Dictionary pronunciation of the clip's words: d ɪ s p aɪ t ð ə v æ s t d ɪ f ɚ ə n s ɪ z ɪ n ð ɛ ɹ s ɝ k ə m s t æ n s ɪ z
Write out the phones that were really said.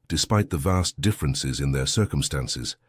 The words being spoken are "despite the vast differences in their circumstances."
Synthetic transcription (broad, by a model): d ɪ s p aɪ t ð ə v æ s d ɪ f ɚ ə n s ɪ z ɪ n ð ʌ ɹ s ɝ k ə m s t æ n s ɪ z